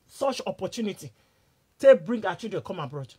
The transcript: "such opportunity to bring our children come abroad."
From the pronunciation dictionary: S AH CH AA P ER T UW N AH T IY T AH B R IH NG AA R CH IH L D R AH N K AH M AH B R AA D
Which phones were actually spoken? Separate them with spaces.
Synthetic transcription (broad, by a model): S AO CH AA P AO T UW N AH T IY T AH B R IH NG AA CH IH D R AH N K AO M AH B R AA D